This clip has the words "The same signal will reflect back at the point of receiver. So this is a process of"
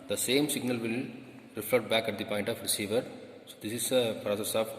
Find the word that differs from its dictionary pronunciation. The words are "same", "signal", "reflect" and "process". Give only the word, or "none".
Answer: reflect